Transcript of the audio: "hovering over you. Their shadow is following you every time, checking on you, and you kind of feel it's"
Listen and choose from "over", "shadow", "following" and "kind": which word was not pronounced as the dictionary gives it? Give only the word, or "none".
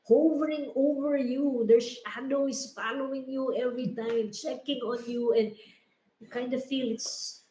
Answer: shadow